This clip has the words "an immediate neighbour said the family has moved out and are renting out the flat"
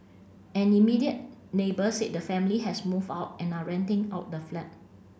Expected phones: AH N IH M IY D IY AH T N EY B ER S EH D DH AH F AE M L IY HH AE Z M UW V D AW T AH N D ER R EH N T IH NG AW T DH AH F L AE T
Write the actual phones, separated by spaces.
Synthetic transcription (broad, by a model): AH N IH M IY D IY AH T N EY B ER S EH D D AH F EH M L IY HH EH S M UW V AW T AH N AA R EH N T IH NG AW T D AH F L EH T